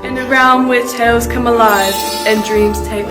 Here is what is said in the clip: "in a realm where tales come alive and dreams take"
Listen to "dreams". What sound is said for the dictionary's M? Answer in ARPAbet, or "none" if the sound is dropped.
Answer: M